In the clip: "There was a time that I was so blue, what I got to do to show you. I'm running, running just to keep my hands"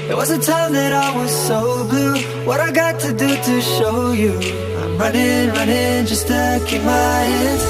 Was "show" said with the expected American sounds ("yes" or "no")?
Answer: yes